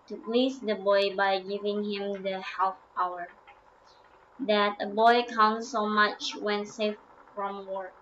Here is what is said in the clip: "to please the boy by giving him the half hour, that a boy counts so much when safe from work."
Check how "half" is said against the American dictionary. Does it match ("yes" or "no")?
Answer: no